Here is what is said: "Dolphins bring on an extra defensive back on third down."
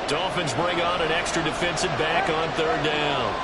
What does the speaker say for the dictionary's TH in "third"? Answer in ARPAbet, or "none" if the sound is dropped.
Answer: TH